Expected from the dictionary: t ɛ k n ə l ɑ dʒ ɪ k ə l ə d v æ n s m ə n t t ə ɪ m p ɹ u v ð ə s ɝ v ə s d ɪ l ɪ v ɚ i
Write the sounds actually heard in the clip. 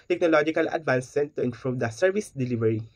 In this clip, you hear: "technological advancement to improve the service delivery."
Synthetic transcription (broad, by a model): t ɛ k n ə l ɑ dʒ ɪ k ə l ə d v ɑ n s ə n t t ə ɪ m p ɹ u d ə s ɝ v ə s d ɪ l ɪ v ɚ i